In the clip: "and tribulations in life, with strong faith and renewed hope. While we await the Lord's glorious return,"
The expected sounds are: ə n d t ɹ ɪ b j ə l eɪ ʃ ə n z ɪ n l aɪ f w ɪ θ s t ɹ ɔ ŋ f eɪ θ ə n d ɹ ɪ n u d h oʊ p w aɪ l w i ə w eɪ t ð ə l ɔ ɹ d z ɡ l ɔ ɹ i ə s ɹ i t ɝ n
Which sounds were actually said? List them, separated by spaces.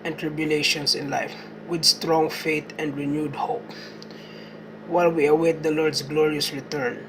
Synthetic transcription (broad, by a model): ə n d t ɹ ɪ b j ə l eɪ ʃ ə n s ɪ n l aɪ f w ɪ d s t ɹ ɔ ŋ f eɪ t ə n d ɹ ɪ n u d h oʊ p w aɪ l w i ə w eɪ t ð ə l ɔ ɹ d s ɡ l ɔ ɹ i ə s ɹ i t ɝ n